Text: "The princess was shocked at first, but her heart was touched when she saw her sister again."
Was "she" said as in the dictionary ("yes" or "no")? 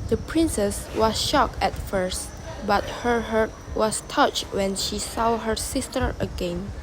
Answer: yes